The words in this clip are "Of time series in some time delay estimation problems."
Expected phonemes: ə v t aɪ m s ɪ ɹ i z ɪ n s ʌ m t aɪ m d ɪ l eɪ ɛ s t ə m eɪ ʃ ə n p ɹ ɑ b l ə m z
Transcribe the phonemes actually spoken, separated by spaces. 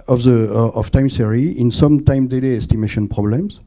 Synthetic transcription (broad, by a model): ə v t aɪ m s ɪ ɹ i ɪ n s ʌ m t aɪ m d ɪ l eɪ ɛ s t ə m eɪ ʃ ə n p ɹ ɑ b l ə m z